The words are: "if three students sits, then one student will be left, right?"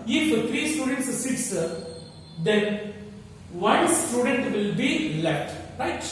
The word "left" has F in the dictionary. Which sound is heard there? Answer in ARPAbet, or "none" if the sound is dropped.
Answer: none